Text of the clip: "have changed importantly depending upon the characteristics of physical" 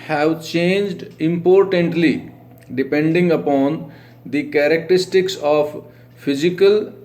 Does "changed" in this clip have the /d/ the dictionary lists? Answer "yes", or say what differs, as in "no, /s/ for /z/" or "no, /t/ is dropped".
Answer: yes